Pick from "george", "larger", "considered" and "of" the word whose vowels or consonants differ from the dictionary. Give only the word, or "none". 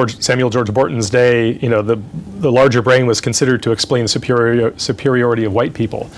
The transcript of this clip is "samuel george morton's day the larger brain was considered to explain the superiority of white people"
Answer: none